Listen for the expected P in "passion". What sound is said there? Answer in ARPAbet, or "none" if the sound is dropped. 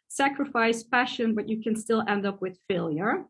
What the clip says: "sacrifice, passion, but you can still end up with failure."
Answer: F